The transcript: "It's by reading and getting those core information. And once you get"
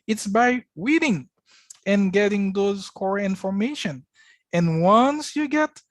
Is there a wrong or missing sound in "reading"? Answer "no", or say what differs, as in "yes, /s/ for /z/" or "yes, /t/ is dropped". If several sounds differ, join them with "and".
yes, /w/ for /ɹ/